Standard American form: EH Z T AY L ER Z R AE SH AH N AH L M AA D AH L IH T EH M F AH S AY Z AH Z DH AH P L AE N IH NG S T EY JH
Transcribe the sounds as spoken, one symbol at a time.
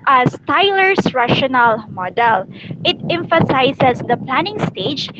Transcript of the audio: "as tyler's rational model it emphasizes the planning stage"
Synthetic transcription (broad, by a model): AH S T AY L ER S R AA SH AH N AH L M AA D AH L IH T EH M F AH S AY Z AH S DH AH P L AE N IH NG S T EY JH